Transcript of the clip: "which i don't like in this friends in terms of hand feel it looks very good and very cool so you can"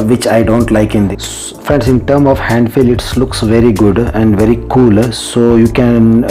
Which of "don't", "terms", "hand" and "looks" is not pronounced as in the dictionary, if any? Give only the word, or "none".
terms